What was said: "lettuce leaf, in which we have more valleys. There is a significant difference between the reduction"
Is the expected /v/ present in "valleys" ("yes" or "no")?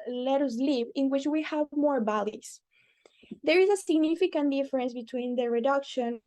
no